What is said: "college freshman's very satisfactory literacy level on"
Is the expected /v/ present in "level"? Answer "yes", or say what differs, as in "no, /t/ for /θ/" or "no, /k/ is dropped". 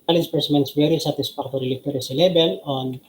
no, /b/ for /v/